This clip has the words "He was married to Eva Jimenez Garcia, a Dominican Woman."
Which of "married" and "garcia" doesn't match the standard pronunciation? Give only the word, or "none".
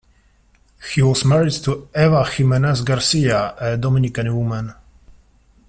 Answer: none